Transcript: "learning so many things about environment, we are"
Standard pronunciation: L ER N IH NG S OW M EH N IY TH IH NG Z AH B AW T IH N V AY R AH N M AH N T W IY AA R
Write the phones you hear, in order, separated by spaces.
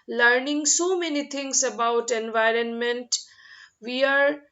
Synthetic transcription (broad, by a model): L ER N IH NG S OW M EH N IY T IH NG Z AH B AW T IH N V AY R AH N M AH N T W IY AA R